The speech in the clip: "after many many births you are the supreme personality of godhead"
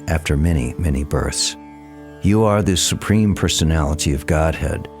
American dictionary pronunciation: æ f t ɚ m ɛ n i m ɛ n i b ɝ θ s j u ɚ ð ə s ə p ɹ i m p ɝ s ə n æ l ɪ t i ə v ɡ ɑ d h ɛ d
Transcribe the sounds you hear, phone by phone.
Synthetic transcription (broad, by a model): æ f t ɚ m ɛ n i m ɛ n i b ɝ θ s j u ɚ ð ə s ə p ɹ i m p ɝ s ə n æ l ɪ t i ə v ɡ ɑ d h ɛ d